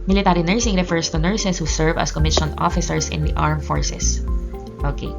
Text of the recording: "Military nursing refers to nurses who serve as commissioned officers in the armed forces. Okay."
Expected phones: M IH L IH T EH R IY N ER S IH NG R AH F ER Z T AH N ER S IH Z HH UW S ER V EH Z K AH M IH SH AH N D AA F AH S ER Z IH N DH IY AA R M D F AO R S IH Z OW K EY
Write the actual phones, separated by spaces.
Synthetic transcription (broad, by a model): M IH L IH T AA R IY N ER S IH NG R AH F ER S T AH N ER S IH S HH UW S ER V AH S K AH M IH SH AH N AA F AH S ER S IH N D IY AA R M F AO R S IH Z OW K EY